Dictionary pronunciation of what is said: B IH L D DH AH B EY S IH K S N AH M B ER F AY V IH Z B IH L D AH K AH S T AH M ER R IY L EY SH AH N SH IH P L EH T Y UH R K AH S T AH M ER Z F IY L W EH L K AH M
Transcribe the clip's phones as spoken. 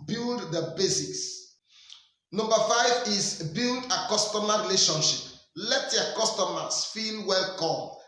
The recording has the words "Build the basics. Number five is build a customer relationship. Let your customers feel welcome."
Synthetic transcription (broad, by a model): B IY L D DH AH B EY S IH S N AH M B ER F AY V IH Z B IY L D AH K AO S T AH M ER R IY L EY SH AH N SH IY P L EH T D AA K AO S T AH M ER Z F IY L W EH L K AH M